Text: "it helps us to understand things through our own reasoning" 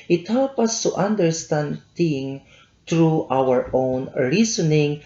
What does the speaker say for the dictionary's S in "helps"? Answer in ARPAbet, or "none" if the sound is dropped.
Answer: none